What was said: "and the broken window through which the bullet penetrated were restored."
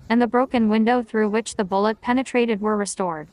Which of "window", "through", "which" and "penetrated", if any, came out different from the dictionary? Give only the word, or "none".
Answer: none